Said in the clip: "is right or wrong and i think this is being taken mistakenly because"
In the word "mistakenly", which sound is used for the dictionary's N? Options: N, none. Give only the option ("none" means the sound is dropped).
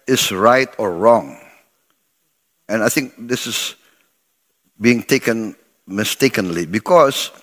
N